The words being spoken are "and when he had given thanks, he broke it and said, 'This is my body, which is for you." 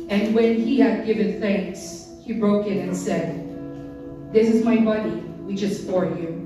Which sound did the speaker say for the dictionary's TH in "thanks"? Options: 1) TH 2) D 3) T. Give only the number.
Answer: 1